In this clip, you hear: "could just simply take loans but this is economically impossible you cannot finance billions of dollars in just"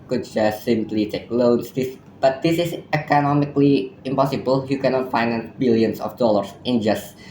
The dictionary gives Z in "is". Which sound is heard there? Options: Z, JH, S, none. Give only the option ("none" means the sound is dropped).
S